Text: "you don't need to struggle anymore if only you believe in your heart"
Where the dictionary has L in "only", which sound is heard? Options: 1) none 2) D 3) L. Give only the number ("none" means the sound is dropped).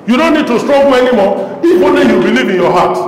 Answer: 1